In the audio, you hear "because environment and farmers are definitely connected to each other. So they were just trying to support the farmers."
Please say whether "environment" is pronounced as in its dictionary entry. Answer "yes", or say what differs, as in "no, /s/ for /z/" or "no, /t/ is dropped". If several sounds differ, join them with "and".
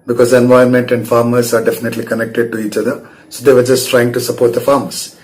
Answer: no, /ɹ/ is dropped